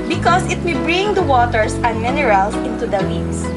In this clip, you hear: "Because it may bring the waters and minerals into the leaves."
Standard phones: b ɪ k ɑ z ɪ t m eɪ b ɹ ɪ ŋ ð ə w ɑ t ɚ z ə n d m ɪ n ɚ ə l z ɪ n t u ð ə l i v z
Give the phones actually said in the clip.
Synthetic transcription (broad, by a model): b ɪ k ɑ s ɪ t m eɪ b ɹ ɪ ŋ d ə w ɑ t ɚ s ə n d m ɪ n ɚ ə l s ɪ n t u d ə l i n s